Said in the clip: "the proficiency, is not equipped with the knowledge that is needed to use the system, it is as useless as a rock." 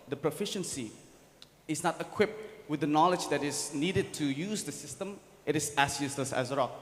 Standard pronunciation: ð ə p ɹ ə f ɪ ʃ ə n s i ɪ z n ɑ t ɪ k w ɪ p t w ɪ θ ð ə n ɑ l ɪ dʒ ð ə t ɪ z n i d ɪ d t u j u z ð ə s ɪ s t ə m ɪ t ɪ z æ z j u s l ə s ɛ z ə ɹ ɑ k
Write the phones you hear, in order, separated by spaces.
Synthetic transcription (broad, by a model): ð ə p ɹ ə f ɪ ʃ ə n s i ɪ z n ɑ t ɪ k w ɪ p t w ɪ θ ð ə n ɑ l ɪ dʒ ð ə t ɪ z n i d ɪ d t u j u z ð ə s ɪ s t ə m ɪ t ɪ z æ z j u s l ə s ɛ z ə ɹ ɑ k